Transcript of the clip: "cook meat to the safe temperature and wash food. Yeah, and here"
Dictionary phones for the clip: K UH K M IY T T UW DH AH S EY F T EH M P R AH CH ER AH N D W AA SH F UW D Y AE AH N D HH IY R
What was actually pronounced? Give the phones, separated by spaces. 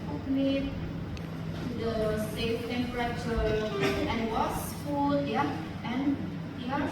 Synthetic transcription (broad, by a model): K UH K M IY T T UW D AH S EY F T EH M P R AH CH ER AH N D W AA S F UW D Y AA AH N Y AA